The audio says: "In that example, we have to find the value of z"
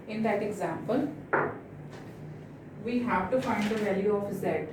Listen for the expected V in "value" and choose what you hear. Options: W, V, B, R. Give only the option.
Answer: V